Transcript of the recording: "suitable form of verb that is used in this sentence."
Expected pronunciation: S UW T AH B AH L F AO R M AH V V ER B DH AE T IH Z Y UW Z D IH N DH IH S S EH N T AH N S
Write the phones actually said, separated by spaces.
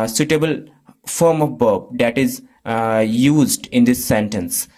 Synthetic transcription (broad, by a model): S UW T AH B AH L F AO R M AH V B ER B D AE T IH Z Y UW Z D IH N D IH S S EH N T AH N S